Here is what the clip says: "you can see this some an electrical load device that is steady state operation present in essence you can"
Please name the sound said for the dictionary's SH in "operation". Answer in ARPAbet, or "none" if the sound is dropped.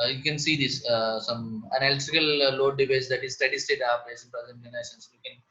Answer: S